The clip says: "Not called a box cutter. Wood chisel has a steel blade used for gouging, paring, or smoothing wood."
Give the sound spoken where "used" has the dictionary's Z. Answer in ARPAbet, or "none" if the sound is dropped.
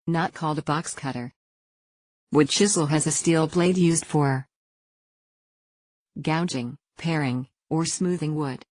Z